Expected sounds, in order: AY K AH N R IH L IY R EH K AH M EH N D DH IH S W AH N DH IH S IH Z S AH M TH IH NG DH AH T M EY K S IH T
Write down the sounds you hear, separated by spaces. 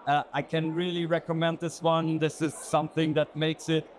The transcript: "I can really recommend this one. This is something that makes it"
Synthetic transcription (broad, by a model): AY K AH N R IH L IY R EH K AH M EH N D DH IH S W AH N DH IH S IH Z S AH M TH IH NG DH AH T M EY K S IH T